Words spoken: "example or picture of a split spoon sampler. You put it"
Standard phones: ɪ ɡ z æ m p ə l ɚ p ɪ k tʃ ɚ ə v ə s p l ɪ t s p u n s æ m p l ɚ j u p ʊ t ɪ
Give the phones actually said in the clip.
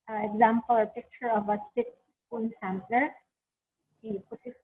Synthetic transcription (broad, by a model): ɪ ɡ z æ m p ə l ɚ p ɪ k tʃ ɚ ə v ə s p ɪ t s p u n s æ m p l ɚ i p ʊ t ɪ